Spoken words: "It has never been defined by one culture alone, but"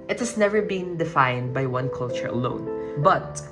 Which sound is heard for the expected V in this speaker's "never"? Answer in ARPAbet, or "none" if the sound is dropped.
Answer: V